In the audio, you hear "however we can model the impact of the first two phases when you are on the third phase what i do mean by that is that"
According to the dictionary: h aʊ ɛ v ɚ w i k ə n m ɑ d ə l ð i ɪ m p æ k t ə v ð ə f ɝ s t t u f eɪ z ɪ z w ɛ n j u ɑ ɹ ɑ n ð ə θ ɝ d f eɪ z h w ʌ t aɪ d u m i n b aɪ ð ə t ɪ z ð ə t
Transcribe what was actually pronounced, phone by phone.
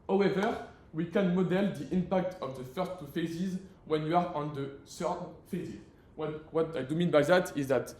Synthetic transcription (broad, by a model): h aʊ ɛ v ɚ w i k ə n m ɑ d ə l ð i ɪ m p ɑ k t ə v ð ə f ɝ s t t u f eɪ z ɪ z w ɛ n j u ɑ ɹ ɑ n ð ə s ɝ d f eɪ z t w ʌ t aɪ d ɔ m i n b aɪ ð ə t ɪ z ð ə t